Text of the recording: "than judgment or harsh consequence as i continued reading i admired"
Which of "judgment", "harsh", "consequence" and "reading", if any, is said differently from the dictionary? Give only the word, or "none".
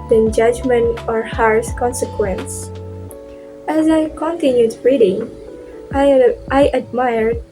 harsh